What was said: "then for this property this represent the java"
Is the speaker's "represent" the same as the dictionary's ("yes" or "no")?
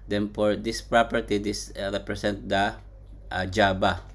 no